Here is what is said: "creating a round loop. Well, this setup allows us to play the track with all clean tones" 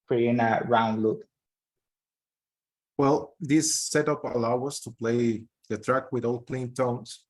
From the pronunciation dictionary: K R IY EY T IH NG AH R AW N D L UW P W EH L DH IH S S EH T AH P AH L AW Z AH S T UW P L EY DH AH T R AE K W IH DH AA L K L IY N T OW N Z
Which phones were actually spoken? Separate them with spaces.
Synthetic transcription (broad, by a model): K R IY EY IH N AH R AW N D L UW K W EH L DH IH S S EH T AH P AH L AW AH S T UW P L EY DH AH T R AE K W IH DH AA L K L IY N T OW N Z